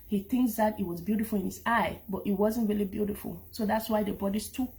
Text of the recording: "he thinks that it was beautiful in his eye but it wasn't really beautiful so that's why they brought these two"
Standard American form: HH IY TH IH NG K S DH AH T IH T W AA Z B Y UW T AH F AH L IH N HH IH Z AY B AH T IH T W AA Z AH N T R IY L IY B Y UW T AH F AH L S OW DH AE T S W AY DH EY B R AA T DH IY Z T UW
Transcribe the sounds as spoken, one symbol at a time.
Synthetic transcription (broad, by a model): HH IY TH IH NG K S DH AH T IH T W AA Z B Y UW T AH F AH L IH N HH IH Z AY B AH T IH T W AA Z AH N T R IY L IY B Y UW T AH F AH L S OW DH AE T S W AY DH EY B AA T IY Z T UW